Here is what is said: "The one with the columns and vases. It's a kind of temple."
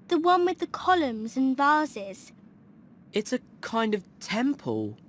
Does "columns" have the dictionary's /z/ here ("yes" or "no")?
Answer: yes